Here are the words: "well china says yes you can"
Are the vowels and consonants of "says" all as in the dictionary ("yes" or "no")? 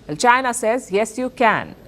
yes